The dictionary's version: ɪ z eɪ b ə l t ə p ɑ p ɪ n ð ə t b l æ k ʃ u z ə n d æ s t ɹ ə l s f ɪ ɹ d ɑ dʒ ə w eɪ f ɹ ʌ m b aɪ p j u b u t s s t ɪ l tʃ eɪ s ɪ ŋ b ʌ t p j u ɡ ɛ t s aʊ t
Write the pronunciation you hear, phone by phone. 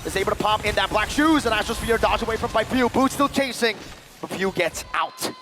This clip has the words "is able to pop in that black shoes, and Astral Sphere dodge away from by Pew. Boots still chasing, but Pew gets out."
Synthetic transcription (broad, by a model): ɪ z eɪ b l t ə p ɑ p ɪ n ð ə t b l æ k ʃ u z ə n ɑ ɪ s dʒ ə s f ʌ ɹ d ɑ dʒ ə w eɪ f ɹ ʌ m b aɪ f j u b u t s s t ɪ l tʃ eɪ s ɪ ŋ b ʌ t f j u ɡ ɛ t s aʊ t